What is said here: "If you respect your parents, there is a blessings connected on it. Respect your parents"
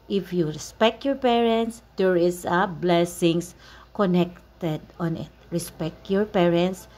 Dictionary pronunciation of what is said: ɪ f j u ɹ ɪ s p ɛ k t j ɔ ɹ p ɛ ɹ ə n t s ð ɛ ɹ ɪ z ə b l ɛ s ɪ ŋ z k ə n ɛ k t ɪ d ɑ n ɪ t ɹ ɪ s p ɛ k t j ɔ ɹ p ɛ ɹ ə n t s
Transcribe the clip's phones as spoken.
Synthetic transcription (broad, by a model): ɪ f j u ɹ ɪ s p ɛ k t j ɔ ɹ p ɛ ɹ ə n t s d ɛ ɹ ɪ s ə b l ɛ s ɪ ŋ s k ə n ɛ k t ɪ d ɑ n ɪ t ɹ ɪ s p ɛ k t j ɔ ɹ p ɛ ɹ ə n t s